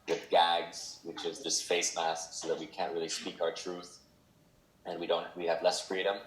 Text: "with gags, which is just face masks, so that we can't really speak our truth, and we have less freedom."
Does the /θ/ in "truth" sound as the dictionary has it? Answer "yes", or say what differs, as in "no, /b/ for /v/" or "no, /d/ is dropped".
yes